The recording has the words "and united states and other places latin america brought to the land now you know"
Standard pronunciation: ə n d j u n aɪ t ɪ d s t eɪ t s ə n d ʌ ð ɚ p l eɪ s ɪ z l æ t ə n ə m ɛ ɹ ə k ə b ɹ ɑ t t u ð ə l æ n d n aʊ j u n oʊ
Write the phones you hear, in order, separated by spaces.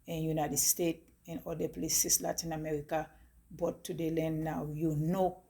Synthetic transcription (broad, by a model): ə n j u n aɪ t ɪ d s t eɪ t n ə l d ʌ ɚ p l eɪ s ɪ s l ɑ t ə n ə m ɛ ɹ ə k ə b ɑ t t u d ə l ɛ n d n aʊ j u n oʊ